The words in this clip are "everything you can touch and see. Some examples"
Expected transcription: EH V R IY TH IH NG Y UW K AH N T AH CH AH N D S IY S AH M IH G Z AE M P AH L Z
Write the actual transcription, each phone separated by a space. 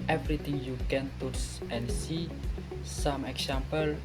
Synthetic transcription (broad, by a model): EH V R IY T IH NG Y UW K AH N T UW S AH N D S IY S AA M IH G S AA M P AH L